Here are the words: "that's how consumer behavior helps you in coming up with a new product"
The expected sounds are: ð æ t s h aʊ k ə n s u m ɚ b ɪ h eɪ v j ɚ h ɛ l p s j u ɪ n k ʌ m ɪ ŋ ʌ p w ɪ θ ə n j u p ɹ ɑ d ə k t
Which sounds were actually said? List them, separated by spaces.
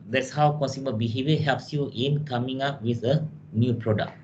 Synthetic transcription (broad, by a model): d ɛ t s h aʊ k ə n s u m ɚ b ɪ h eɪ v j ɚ h ɛ l p s j u ɪ n k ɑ m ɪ ŋ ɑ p w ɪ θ ə n j u p ɹ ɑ d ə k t